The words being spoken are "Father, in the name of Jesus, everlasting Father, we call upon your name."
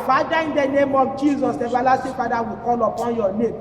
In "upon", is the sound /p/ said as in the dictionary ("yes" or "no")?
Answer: yes